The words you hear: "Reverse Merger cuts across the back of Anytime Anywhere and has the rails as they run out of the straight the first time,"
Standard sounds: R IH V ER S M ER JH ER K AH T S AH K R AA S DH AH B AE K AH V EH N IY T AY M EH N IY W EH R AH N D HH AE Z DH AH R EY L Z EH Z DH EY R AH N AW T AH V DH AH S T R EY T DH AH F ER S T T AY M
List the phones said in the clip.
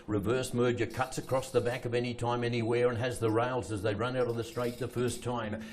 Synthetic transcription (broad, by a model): R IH V ER S M ER JH ER K AH T S AH K R AA S DH AH B AE K AH V EH N IY T AY M EH N IY W EH R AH N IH Z DH AH R EY L Z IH Z DH EY R AH N AW T AH V DH AH S T R EY T DH AH F ER S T T AY M